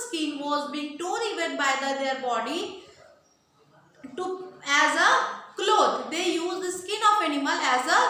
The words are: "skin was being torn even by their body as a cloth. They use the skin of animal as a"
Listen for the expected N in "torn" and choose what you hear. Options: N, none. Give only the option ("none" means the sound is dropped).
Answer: none